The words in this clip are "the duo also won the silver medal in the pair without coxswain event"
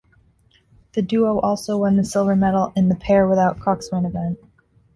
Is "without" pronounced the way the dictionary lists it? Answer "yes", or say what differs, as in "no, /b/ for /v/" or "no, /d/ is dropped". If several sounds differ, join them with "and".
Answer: yes